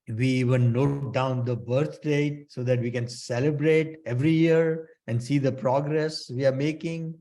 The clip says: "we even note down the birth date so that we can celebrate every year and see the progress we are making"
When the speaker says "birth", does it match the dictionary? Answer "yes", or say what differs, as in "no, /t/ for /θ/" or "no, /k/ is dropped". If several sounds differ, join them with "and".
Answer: no, /t/ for /θ/